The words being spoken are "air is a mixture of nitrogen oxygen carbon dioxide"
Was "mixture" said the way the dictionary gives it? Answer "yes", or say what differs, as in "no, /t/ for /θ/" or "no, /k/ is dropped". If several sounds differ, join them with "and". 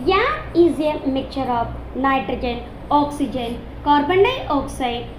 no, /s/ is dropped